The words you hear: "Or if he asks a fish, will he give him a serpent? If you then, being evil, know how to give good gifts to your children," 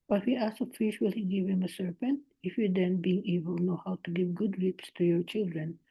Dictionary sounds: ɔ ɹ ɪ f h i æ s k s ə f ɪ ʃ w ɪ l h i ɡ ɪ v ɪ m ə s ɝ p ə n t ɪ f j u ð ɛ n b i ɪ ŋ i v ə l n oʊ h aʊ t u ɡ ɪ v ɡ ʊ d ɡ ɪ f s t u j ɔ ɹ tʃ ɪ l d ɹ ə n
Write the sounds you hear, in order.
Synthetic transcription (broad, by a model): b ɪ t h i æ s s ə f ɪ ʃ w ɪ l h i ɡ ɪ v ɪ m ə s ɝ p ə n t ɪ f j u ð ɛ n b i ɪ ŋ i b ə l n oʊ h aʊ t u ɡ ɪ v ɡ ʊ d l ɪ p s t u j ɔ ɹ tʃ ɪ l d ɹ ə n